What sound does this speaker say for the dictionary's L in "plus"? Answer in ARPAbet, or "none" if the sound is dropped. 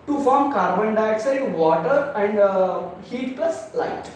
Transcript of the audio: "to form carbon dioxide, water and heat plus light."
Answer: none